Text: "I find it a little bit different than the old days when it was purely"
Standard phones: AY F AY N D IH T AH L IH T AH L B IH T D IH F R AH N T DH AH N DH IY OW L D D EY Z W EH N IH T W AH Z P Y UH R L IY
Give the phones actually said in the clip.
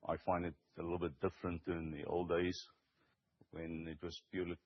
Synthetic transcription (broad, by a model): AY F AY N D IH T AH L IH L B IH T D IH F R AH N T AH N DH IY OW L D D EY Z W EH N IH T W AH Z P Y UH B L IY